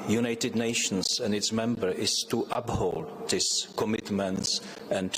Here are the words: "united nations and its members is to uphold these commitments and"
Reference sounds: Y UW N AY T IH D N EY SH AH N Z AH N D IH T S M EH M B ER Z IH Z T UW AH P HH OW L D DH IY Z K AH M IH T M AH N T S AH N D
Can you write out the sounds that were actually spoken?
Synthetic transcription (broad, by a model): Y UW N AY T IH D N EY SH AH N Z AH N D IH T S M EH M B ER IH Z T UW AH P HH OW L D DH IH S K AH M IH T M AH N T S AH N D